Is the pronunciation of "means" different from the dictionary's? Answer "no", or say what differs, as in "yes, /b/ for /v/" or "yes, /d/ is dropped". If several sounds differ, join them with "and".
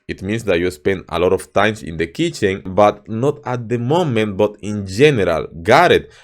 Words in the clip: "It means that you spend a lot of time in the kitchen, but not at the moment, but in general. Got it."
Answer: yes, /s/ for /z/